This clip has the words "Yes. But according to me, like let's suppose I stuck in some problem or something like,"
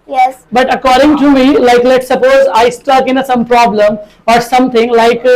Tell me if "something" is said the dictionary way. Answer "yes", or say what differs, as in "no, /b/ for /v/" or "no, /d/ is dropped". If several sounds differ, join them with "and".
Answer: no, /t/ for /θ/